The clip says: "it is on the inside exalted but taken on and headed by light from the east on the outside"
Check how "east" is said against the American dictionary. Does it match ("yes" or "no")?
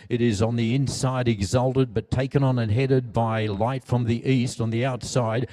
yes